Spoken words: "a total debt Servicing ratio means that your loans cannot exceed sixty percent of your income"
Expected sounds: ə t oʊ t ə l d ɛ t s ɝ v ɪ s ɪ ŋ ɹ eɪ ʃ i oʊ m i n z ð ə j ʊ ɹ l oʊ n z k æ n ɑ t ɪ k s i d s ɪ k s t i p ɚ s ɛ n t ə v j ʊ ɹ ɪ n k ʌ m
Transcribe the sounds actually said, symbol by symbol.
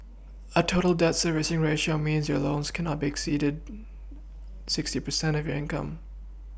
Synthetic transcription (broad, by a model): ə t oʊ t l d ɛ t s ɝ v ɪ s ɪ ŋ ɹ eɪ ʃ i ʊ m i n z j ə ɹ l oʊ n z k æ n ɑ t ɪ k s i d s ɪ k s t i p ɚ s ɛ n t ə v j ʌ ɹ ɪ n k ʌ m